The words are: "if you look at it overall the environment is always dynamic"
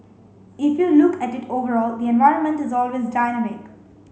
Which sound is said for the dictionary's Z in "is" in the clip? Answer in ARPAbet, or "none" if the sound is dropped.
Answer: Z